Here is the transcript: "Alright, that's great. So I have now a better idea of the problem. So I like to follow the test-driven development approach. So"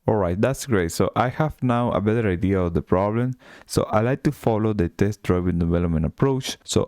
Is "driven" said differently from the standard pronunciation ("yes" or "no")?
yes